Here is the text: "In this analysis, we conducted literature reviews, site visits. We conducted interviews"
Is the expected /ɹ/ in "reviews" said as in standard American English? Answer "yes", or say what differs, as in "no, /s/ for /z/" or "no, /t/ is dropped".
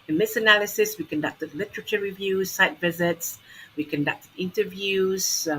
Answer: yes